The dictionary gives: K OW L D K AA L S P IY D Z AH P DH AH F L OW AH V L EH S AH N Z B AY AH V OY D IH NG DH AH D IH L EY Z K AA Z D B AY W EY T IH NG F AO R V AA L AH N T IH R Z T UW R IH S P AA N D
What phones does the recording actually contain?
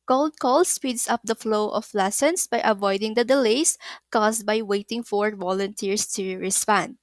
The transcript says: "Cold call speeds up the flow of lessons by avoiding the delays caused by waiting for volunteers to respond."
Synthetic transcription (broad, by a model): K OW L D K AA L S P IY D S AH P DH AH F L OW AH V L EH S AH N S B AY AH V OY D IH NG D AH D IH L EY S K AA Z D B AY W EY T IH NG F AO R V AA L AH N T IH R S T UW R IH S P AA N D